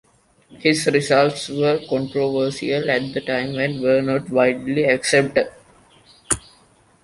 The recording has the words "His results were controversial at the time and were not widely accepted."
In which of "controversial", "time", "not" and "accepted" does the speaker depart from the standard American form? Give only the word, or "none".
controversial